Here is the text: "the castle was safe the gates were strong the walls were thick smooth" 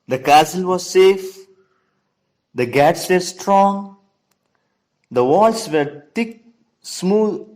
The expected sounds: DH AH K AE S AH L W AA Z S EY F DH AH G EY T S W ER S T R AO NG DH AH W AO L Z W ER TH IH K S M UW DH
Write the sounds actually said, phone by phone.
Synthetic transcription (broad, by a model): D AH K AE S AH L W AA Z S EY F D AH G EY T S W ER S T R AO NG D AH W AO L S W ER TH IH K S M UW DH